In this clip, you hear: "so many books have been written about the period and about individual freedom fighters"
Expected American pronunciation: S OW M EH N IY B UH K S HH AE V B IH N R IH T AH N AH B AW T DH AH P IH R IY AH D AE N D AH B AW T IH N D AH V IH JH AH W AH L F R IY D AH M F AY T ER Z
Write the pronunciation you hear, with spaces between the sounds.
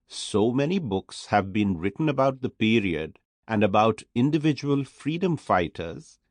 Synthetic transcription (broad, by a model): S OW M EH N IY B UH K S HH AE V B IH N R IH T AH N AH B AW T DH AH P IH R IY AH D AE N D AH B AW T IH N D AH V IH JH AH W AH L F R IY D AH M F AY T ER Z